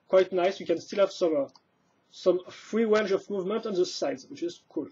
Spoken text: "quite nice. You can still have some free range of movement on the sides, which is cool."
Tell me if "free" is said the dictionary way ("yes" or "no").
yes